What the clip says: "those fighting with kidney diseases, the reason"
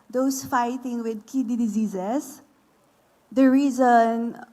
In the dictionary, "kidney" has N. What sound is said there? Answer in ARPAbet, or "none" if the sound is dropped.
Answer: none